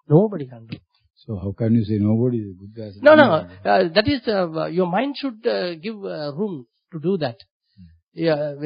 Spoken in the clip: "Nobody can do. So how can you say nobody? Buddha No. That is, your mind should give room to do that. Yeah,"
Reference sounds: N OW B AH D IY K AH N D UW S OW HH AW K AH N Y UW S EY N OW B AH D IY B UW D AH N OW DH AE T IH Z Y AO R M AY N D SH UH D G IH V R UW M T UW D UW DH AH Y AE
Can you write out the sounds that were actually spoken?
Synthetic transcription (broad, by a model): N OW B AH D IY K AH N D UW S OW HH AW K AH N Y UW S EY N OW B AH D IY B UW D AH N OW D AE T IH Z Y AO R M AY N D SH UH D G IH V R UW M T UW D UW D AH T